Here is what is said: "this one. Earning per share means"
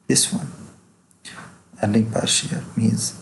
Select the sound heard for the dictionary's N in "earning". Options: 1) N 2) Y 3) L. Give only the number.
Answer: 3